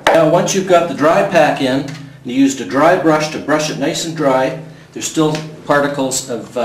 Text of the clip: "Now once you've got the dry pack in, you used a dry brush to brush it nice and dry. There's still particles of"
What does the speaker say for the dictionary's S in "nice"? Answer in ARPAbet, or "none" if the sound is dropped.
none